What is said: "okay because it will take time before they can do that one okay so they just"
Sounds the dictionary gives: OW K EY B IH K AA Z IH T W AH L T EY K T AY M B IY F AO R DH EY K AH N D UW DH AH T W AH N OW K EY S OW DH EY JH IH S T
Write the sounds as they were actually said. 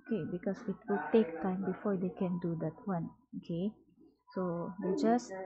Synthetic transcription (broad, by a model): K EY B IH K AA S IH T W AH L T EY K T AY M B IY F AO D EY K AH N D UW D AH T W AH N OW K EY S OW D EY JH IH S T